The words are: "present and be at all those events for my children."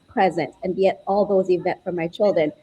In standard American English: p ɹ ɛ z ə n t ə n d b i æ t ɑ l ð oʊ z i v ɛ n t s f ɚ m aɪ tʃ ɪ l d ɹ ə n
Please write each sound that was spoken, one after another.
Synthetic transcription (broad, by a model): p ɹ ɛ z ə n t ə n b i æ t ɑ l ð oʊ z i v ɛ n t f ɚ m aɪ tʃ ɪ l d ɹ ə n